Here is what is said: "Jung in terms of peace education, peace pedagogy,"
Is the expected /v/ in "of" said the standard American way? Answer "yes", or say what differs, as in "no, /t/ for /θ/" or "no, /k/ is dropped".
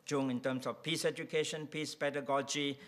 no, /f/ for /v/